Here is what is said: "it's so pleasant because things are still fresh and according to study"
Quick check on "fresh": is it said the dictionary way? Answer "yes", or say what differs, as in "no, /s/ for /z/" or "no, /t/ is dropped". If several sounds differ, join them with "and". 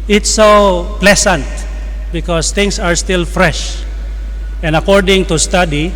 yes